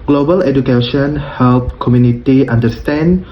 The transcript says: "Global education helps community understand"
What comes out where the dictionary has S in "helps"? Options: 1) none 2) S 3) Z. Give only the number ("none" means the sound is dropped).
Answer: 1